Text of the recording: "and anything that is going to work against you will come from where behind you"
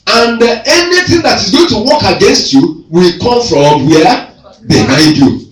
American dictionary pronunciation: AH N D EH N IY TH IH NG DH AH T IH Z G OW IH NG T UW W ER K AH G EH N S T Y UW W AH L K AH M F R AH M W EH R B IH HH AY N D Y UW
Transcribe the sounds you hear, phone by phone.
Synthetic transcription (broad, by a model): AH N D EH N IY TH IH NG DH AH T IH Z G OW IH NG T UW W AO K AH G EH N S T Y UW W AH L K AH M F R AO M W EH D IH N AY D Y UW